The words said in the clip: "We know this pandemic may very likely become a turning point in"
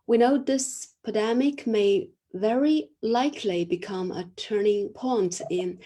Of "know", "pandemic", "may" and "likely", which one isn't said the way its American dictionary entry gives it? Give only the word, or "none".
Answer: pandemic